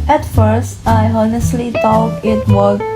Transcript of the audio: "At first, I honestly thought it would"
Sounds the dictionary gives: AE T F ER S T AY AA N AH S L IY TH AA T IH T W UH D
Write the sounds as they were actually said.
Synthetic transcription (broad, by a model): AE T F ER S T AY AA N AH S L IY T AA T IH T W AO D